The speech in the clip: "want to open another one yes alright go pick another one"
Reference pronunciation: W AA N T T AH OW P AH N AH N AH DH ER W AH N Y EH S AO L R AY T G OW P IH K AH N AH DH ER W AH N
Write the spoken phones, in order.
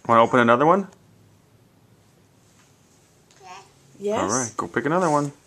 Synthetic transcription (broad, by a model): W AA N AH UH P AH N AH N AH DH ER W AH N Y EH AO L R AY T G OW P IH K AH N AH DH ER W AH N